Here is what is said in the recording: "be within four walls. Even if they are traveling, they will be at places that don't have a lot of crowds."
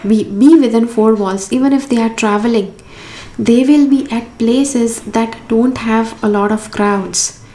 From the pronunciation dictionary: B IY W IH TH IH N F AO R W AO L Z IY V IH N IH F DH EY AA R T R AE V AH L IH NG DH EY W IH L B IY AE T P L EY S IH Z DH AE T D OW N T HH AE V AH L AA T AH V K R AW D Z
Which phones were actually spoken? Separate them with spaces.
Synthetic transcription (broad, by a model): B IY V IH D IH N F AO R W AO L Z IY V IH N IH F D EY AA R T R AE V AH L IH NG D EY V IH L B IY AE T P L EY S IH Z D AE T D OW N T HH AE V AH L AA T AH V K R AW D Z